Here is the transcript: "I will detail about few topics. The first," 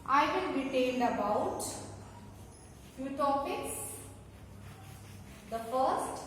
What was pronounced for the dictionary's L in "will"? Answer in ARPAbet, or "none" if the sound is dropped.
N